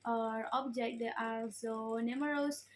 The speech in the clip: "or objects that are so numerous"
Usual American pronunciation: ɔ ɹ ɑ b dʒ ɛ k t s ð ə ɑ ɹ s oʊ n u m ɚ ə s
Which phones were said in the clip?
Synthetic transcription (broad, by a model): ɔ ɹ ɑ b dʒ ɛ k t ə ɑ l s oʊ n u m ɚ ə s